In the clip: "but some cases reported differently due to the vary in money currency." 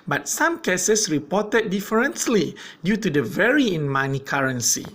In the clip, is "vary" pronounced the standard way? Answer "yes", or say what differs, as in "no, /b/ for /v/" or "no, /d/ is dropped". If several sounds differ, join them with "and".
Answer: yes